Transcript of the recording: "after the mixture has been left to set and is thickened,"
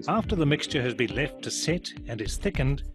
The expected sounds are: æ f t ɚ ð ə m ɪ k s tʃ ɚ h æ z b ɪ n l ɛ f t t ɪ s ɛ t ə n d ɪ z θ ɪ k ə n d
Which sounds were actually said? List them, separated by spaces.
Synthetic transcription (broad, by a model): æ f t ɚ ð ə m ɪ k s tʃ ɚ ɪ z b ɪ n l ɛ f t t ɪ s ɛ t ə n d ɪ z θ ɪ k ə n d